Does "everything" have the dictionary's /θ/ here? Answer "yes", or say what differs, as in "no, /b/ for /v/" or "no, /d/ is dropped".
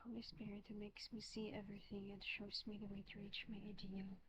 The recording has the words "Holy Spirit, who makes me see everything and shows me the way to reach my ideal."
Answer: yes